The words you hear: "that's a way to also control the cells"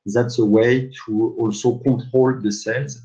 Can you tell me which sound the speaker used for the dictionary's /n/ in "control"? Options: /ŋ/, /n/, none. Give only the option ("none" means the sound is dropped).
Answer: none